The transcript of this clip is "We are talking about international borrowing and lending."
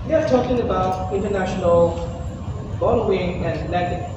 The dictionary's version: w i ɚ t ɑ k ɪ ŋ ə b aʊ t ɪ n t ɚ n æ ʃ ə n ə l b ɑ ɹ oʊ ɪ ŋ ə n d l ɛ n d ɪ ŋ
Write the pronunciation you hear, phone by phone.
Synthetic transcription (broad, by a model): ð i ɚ t ɑ k ɪ ŋ ə b aʊ t ɪ n t ɚ n æ ʃ ə n ə l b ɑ l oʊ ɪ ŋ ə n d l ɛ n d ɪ